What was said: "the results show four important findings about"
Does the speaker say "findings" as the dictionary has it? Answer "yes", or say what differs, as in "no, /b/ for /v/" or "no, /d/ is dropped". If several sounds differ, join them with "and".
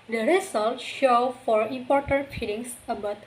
no, /n/ is dropped and /s/ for /z/